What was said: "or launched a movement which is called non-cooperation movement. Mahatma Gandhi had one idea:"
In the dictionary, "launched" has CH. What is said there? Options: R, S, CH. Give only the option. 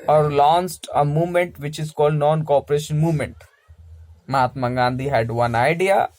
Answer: S